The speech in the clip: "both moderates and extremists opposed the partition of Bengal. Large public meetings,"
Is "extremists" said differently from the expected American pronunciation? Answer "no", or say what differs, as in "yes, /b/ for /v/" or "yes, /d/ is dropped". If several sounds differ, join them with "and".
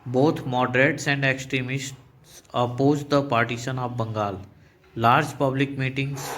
no